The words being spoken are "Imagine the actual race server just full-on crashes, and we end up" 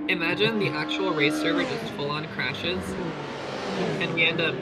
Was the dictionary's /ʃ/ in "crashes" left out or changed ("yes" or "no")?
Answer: no